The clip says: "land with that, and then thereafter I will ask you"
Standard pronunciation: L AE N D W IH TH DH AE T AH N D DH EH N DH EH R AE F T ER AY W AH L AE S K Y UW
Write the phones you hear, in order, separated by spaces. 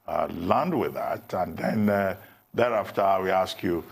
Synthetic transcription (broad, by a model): L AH N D W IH DH AE T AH N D DH EH N DH EH R AE F T ER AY W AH AE S K Y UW